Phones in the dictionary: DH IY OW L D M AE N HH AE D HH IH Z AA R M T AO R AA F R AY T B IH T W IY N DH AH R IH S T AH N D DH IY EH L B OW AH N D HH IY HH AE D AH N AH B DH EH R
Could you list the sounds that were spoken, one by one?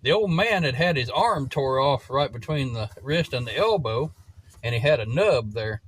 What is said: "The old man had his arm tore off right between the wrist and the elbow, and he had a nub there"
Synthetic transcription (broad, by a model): DH IY OW L D M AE N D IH D IH Z AA R M T AO R AA F R AY T B IH T W IY N DH AH R IH S T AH N DH IY EH L B OW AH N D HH IY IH D AH N AH B DH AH R